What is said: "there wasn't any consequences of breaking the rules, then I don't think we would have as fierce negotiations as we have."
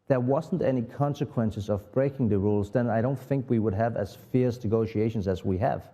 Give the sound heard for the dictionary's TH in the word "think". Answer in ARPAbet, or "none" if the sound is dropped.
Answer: TH